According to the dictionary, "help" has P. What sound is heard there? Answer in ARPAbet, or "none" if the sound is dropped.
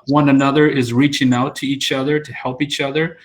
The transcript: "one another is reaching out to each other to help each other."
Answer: P